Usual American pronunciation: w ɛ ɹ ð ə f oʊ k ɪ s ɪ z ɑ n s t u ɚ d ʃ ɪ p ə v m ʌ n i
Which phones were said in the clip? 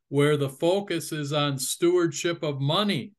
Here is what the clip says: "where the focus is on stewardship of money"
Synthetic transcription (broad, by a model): w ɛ ɹ ð ə f oʊ k ɪ s ɪ z n s t u ɚ d ʃ ɪ p ə v m ʌ n i